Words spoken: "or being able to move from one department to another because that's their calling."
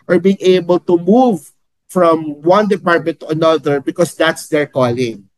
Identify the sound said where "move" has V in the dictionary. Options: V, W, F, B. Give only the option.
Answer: V